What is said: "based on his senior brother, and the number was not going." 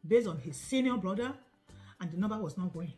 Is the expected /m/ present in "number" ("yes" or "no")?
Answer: no